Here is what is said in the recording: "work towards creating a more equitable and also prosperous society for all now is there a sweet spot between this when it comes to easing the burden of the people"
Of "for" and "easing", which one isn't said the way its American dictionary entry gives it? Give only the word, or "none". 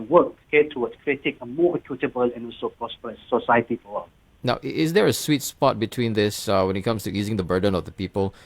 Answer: for